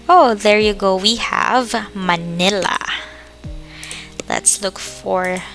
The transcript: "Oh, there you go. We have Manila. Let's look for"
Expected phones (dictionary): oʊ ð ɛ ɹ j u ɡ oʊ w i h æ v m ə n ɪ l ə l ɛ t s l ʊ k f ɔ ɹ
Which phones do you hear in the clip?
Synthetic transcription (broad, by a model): oʊ ð ɛ ɹ j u ɡ oʊ w i h æ v m ə n ɪ l ə l ɛ t s l ʊ k f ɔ ɹ